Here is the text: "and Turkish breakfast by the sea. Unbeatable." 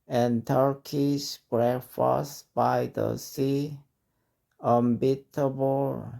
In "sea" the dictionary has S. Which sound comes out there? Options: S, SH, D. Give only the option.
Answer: S